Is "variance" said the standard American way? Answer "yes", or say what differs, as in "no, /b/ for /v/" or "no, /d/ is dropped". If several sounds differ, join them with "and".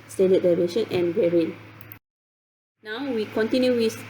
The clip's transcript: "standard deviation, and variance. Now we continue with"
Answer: no, /s/ is dropped